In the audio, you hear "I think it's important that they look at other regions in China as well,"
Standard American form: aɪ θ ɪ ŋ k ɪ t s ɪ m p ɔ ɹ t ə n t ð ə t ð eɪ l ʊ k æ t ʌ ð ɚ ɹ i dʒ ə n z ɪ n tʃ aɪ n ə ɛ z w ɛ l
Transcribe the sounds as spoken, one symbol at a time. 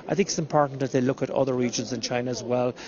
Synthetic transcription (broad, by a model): aɪ θ ɪ ŋ k ɪ t s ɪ m p ɔ ɹ t n ð ə t ð eɪ l ʊ k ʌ t ʌ ð ɚ ɹ i dʒ ə n z ɪ n tʃ aɪ n ə z w ɛ l